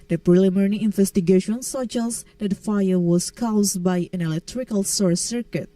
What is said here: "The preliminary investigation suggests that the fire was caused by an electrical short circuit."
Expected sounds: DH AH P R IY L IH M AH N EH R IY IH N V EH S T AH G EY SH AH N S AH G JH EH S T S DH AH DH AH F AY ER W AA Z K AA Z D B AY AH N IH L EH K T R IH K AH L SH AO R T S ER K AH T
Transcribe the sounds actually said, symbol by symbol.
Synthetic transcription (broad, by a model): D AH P R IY L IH M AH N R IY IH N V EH S T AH G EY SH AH N S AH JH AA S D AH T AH F AY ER W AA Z K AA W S B AY AH N IH L EH K T R IH K AH L S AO R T S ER K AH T